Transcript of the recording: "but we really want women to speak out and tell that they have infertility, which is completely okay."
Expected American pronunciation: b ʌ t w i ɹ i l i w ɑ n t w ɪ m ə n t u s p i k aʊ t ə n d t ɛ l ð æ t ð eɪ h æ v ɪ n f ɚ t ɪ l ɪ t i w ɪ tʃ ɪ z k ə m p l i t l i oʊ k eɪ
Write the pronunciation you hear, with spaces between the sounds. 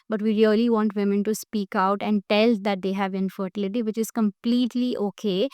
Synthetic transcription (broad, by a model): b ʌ t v i ɹ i l i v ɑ n t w ɪ m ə n t u s p i k aʊ t ə n d t ɛ l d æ t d eɪ h æ v ɪ n f ɚ t ɪ l ɪ t i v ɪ tʃ ɪ z k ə m p l i t l i oʊ k eɪ